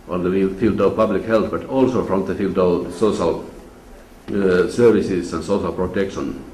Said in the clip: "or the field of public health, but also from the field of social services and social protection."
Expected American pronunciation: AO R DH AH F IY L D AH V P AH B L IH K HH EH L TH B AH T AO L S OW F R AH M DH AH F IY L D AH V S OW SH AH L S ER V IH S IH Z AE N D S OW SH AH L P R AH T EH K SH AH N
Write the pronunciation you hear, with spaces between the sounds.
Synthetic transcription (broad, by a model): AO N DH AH F IY L D AH V P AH B L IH K HH EH L TH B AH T AO L S OW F R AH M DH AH F IY L D AH V S OW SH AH L S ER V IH S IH S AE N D S OW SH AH L P R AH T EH K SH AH N